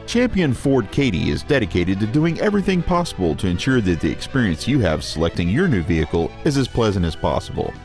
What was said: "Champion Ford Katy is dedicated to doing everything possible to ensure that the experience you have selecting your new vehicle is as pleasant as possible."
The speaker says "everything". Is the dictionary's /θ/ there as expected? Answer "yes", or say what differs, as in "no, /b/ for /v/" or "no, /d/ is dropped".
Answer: yes